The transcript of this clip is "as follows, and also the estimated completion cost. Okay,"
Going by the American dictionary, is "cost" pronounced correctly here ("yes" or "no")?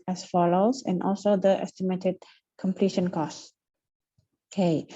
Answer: no